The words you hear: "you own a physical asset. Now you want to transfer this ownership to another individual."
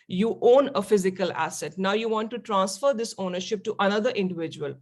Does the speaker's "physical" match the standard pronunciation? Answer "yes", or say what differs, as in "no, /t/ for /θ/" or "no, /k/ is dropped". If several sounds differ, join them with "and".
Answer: yes